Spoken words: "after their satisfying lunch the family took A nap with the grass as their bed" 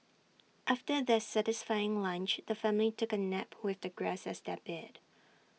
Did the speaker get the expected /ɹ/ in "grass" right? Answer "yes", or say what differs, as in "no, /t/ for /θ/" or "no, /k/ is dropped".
yes